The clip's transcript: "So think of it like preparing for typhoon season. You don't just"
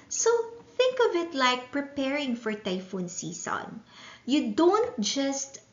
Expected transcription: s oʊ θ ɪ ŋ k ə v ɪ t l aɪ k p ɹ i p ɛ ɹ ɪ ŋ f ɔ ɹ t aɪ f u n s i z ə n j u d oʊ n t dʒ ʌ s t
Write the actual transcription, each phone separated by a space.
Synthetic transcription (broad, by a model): s oʊ θ ɪ ŋ k ə v ɪ t l aɪ k p ɹ i p ɛ ɹ ɪ ŋ f ɔ ɹ t aɪ f u n s i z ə n j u d oʊ n t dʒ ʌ s t